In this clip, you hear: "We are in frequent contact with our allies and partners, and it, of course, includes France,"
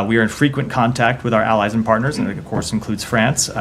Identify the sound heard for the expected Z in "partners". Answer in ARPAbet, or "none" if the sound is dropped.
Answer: Z